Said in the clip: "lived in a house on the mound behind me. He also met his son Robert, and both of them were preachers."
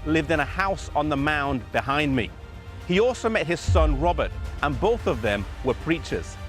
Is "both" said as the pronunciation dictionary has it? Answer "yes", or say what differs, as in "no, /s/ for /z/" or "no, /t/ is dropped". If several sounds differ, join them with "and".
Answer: yes